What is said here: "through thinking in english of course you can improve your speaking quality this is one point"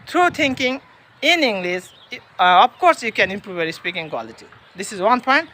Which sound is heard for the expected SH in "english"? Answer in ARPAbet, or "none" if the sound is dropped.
S